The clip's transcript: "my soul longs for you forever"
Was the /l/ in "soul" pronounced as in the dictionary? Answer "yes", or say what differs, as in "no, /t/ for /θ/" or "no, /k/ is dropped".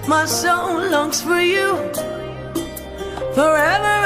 no, /n/ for /l/